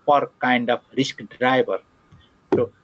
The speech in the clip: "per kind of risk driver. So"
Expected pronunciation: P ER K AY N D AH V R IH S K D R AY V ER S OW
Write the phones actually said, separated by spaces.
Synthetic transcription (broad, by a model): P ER K AY N D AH P R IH S K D R AY B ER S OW